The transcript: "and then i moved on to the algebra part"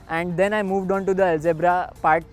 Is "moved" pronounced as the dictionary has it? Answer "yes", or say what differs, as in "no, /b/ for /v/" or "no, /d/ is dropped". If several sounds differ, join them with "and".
yes